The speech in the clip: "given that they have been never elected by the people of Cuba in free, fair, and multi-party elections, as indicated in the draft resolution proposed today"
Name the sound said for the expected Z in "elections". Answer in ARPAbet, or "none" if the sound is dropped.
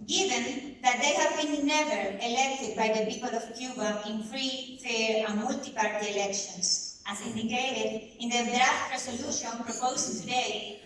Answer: S